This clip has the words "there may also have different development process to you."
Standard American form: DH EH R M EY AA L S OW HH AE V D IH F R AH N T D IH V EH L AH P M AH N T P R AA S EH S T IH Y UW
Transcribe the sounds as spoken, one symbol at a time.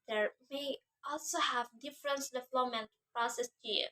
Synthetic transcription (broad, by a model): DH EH R M EY AA L S OW HH AE V D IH F R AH N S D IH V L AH M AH N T P R AA S EH S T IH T